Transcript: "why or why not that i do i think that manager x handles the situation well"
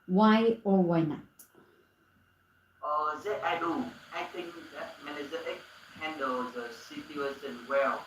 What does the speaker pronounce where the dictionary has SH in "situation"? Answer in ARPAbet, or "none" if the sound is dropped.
S